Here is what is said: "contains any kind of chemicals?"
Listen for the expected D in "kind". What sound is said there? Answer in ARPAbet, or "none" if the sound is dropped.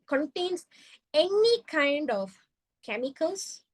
D